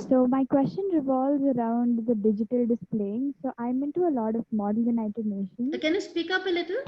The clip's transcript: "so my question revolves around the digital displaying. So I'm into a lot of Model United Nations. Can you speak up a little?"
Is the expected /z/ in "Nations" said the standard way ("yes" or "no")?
no